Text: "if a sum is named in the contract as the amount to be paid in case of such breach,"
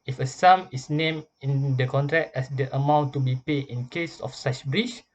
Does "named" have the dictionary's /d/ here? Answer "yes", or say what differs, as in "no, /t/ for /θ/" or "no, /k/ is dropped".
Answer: no, /d/ is dropped